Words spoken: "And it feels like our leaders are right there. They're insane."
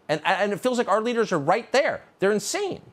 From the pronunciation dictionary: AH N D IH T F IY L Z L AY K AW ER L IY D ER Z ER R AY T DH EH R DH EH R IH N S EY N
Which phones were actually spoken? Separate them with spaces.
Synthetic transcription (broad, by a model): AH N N IH T F IY L Z L AY K AW ER L IY D ER Z ER R AY T DH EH R DH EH R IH N S EY N